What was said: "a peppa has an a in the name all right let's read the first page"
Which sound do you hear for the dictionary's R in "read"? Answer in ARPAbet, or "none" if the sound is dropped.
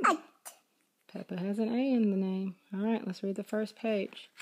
R